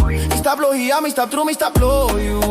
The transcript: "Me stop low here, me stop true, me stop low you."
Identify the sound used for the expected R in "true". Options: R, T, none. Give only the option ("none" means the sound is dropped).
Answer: R